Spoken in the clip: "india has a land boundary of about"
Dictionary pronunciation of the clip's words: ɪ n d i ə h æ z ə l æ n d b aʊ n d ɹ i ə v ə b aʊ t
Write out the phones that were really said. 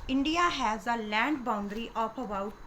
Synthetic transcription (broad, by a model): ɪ n d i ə h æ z ə l æ n d b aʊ n d ɹ i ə p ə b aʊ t